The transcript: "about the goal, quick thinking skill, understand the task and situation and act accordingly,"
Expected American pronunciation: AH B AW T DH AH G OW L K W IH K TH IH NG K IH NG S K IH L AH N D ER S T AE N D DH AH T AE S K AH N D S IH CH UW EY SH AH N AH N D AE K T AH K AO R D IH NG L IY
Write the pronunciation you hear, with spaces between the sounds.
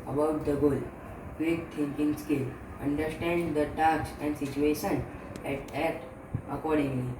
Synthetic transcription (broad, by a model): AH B AW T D AH G OW L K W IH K T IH NG K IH NG S K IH L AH N D ER S T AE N D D AH T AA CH AH N D S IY CH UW EY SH AH N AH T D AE T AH K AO R D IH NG L IY